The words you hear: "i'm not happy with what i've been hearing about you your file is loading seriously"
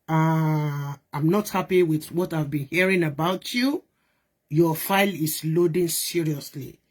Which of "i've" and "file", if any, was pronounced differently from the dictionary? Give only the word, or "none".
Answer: none